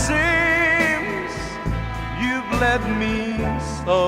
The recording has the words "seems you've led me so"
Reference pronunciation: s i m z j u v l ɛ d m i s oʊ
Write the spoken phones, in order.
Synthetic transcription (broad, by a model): s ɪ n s j u v l ɛ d m i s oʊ